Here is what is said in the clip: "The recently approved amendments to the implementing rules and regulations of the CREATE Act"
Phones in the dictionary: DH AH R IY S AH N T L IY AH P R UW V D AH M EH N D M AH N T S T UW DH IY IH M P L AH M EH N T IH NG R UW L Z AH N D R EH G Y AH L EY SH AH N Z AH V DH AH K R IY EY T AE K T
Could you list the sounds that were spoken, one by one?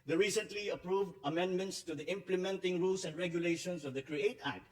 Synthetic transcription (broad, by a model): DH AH R IY S AH N T L IY AH P R UW V D AH M EH N D M AH N T S T UW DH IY IH M P L AH M EH N T IH NG R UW L S AH N D R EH G Y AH L EY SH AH N S AH V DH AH K R IY EY T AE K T